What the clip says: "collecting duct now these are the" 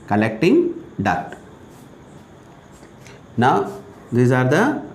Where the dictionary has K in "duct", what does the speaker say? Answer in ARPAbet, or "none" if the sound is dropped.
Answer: none